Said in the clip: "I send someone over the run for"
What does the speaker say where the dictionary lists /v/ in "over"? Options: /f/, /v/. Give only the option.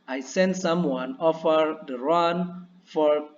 /f/